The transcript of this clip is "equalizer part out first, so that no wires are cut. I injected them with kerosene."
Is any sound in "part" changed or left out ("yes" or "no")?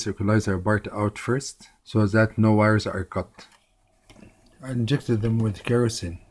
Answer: yes